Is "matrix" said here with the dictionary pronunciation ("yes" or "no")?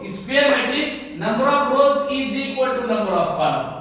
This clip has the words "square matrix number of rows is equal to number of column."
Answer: no